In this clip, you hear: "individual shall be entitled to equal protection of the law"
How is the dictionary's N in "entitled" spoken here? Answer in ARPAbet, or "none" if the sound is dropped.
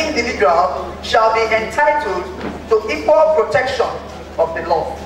N